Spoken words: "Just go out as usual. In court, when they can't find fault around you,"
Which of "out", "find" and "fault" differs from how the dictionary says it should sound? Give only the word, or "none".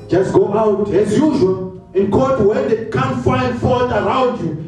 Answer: fault